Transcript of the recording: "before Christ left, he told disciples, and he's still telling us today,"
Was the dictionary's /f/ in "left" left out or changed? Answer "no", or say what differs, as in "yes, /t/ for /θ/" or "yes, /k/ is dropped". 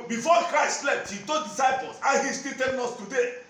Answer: yes, /p/ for /f/